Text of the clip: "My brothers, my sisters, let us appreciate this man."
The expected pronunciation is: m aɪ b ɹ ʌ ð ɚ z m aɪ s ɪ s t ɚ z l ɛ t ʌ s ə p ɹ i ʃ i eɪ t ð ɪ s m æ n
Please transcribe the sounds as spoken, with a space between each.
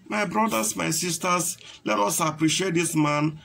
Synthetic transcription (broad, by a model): m aɪ b ɹ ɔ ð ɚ s m aɪ s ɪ s t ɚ s l ɛ t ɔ s ə p ɹ i ʃ i eɪ t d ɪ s m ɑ n